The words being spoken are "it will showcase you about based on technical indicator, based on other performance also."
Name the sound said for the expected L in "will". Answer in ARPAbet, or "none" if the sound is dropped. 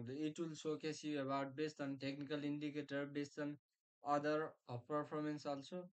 L